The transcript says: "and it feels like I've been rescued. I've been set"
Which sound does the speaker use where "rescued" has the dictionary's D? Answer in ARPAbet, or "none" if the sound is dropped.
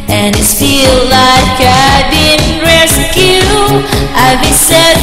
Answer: none